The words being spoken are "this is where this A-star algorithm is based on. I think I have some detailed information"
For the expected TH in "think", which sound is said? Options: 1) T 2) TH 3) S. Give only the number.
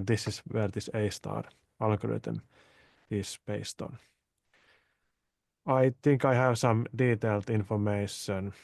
1